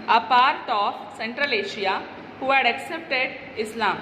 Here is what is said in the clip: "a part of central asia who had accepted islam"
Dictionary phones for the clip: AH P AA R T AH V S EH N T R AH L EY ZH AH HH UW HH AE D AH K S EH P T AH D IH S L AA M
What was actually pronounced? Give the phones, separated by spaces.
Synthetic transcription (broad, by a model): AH P AA R T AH F S EH N T R AH L EY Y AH HH UW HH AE D AH K S EH P T AH D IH S L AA M